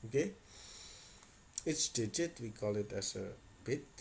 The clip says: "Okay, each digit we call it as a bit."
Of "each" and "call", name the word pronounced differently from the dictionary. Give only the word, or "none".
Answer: each